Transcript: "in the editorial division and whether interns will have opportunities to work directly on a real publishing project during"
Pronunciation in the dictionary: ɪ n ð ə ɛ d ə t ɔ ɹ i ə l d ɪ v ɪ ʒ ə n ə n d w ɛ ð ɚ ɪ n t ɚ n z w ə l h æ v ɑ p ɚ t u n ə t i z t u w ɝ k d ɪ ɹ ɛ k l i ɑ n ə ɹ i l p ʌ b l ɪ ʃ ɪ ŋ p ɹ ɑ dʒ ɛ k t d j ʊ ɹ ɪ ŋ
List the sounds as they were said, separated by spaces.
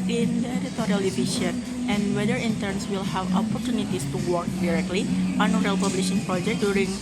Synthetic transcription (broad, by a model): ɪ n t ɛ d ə t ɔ ɹ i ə l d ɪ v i ʃ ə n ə n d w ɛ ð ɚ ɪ n t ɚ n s w ə l h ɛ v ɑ p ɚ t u n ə t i s t u w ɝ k d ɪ ɹ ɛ k l i ɑ n ə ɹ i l p ʌ b l ɪ ʃ ɪ ŋ p ɹ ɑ dʒ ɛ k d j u ɹ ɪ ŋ